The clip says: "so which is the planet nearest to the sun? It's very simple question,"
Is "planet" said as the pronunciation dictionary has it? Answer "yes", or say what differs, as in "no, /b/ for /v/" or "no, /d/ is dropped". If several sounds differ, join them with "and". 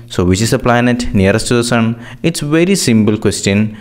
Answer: yes